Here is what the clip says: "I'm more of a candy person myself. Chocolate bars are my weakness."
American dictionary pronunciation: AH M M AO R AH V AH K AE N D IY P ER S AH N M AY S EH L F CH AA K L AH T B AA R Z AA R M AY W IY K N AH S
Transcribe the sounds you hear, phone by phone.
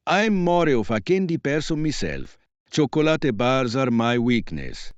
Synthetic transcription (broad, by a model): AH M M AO R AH F AH K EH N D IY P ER S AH M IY S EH L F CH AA K L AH T B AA R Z AA R M AY W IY K N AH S